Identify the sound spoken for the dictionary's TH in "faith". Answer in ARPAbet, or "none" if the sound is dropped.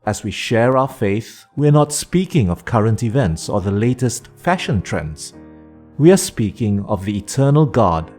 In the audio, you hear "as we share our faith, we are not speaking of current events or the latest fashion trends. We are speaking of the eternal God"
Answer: TH